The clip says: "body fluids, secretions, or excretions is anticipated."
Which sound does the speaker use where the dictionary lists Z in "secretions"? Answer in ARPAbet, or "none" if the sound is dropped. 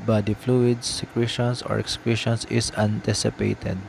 S